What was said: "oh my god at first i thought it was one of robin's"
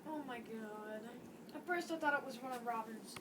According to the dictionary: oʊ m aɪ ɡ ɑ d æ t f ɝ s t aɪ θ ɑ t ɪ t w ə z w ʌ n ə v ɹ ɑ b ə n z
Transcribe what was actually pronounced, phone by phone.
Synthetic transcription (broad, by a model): oʊ m aɪ ɡ ɑ d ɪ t f ɝ s t aɪ θ ɑ t ɪ t w ə z w ʌ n ə v ɹ ɑ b ə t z